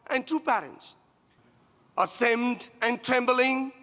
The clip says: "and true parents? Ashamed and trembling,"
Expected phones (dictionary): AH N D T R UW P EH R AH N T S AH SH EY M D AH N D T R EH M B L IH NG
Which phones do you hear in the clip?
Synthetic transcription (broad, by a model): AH N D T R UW P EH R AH N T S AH S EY M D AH N T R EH M B L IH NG